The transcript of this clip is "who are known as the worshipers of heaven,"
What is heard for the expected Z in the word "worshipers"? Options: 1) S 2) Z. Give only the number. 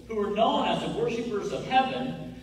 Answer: 2